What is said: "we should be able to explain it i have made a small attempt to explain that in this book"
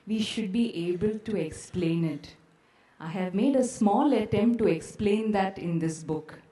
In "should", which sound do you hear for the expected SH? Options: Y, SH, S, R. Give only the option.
SH